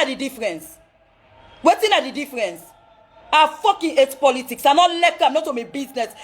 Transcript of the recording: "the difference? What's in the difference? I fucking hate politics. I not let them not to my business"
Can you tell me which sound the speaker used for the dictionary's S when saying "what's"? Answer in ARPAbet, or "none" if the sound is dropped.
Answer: none